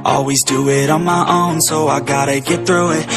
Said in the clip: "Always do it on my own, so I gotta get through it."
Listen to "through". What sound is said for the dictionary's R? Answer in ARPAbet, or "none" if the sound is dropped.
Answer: R